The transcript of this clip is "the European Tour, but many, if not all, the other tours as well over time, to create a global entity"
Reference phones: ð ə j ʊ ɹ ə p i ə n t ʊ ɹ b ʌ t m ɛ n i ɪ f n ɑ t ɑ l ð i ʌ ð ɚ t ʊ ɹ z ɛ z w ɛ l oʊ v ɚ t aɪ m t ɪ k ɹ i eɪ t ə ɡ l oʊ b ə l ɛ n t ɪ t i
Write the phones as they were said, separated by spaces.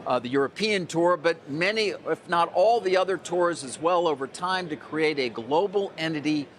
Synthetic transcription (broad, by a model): ð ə j ʊ ɹ ə p i ə n t ʊ ɹ b ʌ t m ɛ n i ɪ f n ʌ t ɑ l ð i ʌ ð ɚ t ʊ ɹ z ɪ z w ɛ l oʊ v ɚ t aɪ m t ɪ k ɹ i eɪ t ə ɡ l oʊ b l ɛ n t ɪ t i